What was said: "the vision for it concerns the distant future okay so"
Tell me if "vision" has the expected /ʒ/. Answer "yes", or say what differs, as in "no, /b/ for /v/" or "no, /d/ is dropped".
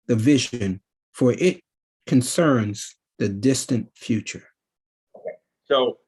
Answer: yes